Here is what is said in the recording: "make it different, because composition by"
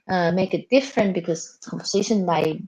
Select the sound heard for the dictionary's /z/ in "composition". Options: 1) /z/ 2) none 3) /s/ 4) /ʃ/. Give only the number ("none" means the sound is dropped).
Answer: 3